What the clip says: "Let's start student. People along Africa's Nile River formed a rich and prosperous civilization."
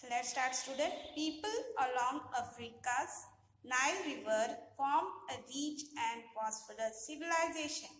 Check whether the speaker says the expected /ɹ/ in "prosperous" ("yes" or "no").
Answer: no